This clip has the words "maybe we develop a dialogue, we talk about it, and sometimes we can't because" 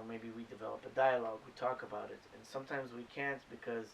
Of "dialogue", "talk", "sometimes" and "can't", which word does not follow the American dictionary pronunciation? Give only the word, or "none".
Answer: none